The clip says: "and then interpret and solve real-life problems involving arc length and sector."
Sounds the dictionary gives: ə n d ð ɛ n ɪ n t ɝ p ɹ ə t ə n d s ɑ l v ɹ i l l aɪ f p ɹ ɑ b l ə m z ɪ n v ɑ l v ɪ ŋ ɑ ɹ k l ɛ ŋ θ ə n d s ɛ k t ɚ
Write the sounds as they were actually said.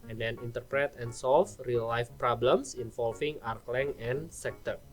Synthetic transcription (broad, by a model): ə n d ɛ n ɪ n t ɝ p ɹ ə t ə n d s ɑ l f ɹ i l l aɪ f p ɹ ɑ b l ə m s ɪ n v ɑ l f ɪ ŋ ɑ ɹ k l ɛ ŋ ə n s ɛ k t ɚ